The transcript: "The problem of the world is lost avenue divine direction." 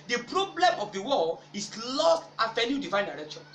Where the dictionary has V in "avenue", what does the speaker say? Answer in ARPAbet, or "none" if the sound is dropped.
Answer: F